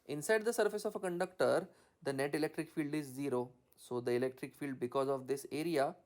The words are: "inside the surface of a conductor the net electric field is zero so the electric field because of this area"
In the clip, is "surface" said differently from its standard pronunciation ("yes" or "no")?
no